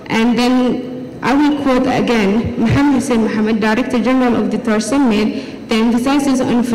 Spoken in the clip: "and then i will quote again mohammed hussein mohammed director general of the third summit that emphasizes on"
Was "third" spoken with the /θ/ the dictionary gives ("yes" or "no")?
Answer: no